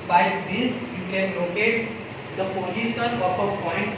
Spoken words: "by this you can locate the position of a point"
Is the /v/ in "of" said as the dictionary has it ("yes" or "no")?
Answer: no